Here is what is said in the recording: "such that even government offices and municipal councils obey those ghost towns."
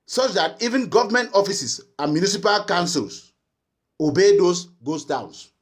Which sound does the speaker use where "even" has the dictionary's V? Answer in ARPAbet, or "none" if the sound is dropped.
V